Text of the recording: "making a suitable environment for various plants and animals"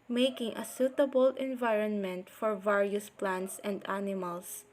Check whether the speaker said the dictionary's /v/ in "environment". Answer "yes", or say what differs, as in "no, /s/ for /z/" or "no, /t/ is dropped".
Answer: yes